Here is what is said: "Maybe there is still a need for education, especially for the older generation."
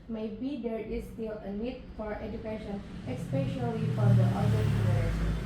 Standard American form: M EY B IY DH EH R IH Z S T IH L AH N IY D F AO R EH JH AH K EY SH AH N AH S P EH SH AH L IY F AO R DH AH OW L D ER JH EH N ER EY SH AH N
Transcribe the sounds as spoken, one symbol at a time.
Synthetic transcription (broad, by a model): M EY B IY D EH R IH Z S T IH L AH N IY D F AO R EH JH AH K EY SH AH N AH S P EH SH AH L IY F AO R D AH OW D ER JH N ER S